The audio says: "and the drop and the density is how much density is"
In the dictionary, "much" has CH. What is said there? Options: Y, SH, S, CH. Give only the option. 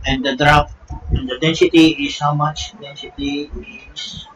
CH